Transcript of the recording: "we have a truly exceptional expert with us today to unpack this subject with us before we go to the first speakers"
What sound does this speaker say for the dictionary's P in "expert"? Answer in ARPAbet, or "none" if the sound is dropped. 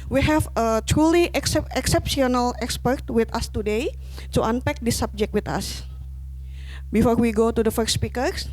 P